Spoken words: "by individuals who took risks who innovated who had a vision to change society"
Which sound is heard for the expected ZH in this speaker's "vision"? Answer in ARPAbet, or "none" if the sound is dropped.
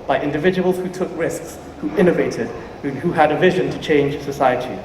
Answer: ZH